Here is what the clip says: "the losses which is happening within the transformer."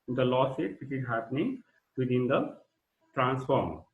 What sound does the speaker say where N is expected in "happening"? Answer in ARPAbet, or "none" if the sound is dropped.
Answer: N